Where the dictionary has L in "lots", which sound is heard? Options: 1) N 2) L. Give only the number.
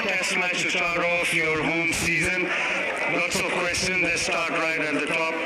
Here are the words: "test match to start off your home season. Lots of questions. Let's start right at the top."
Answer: 1